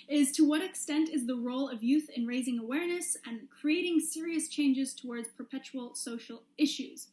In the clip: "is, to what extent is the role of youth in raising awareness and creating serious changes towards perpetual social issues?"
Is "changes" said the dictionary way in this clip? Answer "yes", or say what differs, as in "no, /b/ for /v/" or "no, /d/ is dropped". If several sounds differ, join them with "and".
yes